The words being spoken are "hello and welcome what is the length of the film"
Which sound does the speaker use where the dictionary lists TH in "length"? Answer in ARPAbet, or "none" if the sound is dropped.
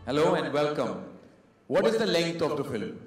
T